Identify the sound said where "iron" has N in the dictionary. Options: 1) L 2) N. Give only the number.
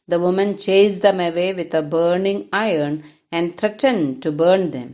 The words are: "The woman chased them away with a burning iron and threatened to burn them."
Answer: 2